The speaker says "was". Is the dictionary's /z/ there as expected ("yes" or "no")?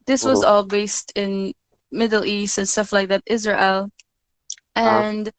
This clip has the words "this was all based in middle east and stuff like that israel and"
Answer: yes